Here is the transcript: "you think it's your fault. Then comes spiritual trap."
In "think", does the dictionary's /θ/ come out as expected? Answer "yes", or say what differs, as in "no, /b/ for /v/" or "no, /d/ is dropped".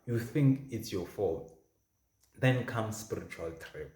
yes